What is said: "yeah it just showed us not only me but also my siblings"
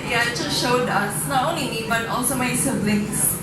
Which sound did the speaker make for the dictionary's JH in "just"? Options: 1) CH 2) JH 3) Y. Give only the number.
1